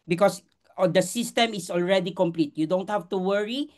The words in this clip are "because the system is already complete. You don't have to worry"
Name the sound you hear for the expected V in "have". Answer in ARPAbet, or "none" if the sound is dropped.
F